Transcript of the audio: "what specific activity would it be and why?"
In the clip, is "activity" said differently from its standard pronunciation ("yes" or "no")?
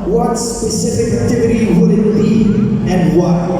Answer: yes